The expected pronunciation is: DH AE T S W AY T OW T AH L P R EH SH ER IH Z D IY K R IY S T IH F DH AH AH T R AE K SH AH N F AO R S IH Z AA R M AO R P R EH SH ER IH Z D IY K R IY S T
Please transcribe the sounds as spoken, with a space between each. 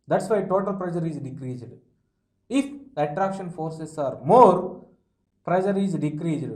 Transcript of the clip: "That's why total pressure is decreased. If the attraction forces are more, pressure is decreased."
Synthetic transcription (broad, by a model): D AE T S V AY T OW T AH L P R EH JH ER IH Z D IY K R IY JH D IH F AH AH T R AE K SH AH N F AO R S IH S AA R M AO R P R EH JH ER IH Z D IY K R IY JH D